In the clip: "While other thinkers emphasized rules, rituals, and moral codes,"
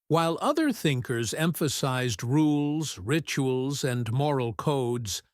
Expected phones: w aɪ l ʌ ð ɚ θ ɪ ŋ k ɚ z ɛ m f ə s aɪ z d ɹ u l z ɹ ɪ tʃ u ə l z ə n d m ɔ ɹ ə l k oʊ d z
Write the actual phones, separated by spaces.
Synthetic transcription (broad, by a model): w aɪ l ʌ ð ɚ θ ɪ ŋ k ɚ z ɛ m f ə s aɪ z d ɹ u l z ɹ ɪ tʃ u ə l z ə n m ɔ ɹ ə l k oʊ d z